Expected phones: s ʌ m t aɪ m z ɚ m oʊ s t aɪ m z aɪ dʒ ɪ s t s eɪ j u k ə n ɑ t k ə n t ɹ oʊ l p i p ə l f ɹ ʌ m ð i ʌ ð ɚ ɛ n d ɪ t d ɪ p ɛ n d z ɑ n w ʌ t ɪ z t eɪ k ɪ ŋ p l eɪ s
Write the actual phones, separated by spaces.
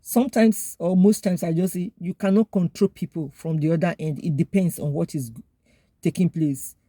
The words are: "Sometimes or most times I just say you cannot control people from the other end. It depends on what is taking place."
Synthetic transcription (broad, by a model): s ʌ m t aɪ m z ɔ m oʊ s t aɪ m s aɪ dʒ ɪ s s eɪ j u k ə n ɑ t k ə n t ɹ oʊ l p i p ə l f ɹ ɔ m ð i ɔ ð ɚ ɛ n d ɪ t d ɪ p ɛ n d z ɑ n w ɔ t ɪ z t eɪ k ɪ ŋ p l eɪ s